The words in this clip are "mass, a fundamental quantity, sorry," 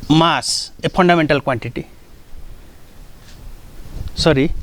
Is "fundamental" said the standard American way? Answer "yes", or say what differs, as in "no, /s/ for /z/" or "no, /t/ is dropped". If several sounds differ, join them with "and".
no, /p/ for /f/